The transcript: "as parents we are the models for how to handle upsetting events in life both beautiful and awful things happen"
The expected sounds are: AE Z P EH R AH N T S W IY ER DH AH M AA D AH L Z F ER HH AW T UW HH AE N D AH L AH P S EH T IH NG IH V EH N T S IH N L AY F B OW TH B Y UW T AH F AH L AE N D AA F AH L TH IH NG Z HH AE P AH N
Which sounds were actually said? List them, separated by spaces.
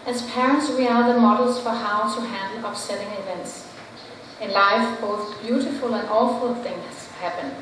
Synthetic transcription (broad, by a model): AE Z P EH R AH N T S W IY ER DH AH M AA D L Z F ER HH AW T UW HH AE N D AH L AH P S EH T IH NG IH V EH N T S IH N L AY F B OW TH B Y UW T AH F AH L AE N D AA F AH L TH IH NG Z HH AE P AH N